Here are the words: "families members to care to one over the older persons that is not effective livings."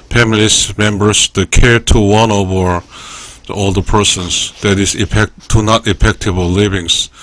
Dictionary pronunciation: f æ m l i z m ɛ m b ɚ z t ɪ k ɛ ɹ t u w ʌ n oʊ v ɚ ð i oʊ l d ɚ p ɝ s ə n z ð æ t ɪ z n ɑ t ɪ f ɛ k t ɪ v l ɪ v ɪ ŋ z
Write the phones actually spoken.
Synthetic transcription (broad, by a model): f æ m l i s m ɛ m b ɚ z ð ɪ k ɛ ɹ t u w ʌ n oʊ v ɚ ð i oʊ l d ɚ p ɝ s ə n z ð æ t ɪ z n ɑ t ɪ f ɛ k t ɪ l l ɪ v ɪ ŋ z